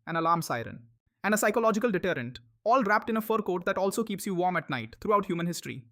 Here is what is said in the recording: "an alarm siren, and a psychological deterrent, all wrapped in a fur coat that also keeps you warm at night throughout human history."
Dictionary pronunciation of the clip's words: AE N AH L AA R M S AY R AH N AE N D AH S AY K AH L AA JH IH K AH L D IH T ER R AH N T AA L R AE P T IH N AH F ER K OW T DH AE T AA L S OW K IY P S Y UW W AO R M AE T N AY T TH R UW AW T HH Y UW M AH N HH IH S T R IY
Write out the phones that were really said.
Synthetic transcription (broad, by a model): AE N AH L AA R M S AY R AH N AE N D AH S AY K AH L AA JH IH K AH L D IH T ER R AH N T AA L R AE P T IH N AH F ER K OW T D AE T AA L S OW K IY P S Y UW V AO R M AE T N AY T T R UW AW T HH Y UW M AH N HH IH S T R IY